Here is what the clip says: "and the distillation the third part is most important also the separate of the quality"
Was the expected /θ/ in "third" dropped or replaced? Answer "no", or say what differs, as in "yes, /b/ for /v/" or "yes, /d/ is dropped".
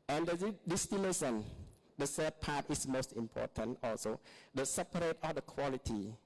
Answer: yes, /s/ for /θ/